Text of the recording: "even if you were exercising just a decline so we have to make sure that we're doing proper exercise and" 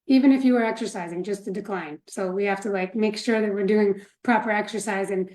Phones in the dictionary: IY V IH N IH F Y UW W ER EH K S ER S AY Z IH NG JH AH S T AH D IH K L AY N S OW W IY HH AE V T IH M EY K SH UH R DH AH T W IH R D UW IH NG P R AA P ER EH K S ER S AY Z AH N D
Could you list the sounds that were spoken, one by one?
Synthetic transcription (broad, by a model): IY V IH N IH F Y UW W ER EH K S ER S AY Z IH NG JH AH S T AH D IH K L AY N S OW W IY HH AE F T IH M EY K SH UH R DH AH T W IH R D UW IH NG P R AA P ER EH K S ER S AY Z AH N